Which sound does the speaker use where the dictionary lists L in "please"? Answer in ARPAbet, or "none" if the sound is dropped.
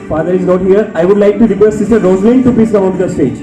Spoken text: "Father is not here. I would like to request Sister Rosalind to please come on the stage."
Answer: none